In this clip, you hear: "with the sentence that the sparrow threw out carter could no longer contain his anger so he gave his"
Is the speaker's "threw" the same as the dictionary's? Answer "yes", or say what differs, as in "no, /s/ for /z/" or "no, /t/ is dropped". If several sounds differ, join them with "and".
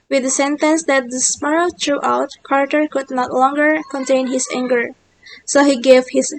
no, /t/ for /θ/